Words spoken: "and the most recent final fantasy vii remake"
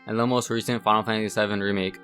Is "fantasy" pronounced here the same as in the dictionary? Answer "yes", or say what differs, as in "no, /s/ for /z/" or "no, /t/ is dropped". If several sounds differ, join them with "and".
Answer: no, /p/ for /f/